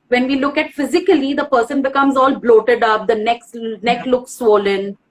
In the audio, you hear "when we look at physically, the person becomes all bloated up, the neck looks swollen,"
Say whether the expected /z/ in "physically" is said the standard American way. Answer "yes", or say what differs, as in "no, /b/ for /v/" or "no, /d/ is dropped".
yes